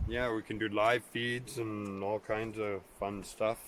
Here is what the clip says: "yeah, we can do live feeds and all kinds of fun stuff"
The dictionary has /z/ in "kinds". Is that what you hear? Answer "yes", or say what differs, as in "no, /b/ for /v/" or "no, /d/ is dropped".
yes